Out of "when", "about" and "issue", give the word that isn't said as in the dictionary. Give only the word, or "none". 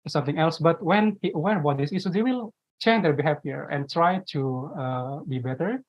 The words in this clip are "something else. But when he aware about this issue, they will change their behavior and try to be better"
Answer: issue